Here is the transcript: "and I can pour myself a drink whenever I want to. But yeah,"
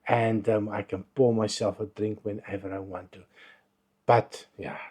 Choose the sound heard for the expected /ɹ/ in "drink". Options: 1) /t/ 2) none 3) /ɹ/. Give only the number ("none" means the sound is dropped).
3